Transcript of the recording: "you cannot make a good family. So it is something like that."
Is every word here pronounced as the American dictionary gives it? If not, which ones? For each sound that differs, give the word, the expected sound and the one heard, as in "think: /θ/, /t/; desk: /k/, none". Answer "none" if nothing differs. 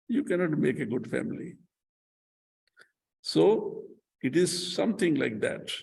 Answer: something: /θ/, /t/